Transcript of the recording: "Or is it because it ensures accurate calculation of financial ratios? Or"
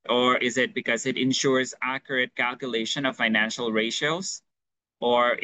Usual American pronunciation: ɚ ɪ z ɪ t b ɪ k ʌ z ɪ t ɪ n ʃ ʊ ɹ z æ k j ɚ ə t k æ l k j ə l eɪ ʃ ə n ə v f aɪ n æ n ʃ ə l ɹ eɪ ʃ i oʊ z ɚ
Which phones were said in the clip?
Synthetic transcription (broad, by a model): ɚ ɪ z ɪ t b ɪ k ʌ z ɪ t ɪ n ʃ ʊ ɹ z æ k j ɚ ə t k æ l k j ə l eɪ ʃ ə n ə v f aɪ n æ n ʃ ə l ɹ eɪ ʃ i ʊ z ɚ